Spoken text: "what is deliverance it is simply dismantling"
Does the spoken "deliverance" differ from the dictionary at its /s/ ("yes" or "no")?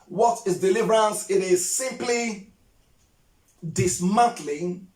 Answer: no